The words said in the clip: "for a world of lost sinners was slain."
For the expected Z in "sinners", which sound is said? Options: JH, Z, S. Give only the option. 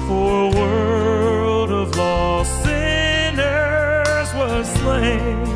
Z